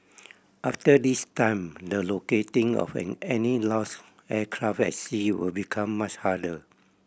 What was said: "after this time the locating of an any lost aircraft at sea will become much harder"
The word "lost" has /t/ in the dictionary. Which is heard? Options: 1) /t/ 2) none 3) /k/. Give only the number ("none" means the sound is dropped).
2